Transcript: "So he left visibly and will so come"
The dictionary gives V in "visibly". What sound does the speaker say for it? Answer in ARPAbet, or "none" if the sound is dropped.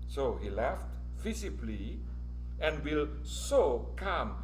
F